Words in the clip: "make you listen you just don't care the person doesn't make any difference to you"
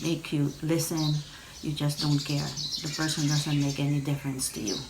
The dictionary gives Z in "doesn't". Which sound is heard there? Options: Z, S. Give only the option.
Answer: Z